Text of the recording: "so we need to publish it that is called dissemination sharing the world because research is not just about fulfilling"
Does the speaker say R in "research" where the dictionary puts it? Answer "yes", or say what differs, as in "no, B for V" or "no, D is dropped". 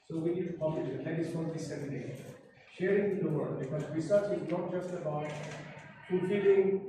no, W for R